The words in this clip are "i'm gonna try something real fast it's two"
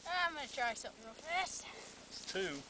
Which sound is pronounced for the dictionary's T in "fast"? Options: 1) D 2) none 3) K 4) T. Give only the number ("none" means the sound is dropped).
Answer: 2